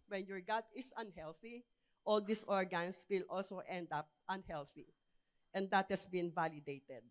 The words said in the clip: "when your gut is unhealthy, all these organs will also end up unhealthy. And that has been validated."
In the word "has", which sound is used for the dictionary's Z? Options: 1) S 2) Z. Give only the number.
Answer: 1